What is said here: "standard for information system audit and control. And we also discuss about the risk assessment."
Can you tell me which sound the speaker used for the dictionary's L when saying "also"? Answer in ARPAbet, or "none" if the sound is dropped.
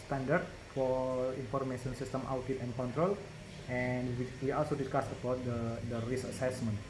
L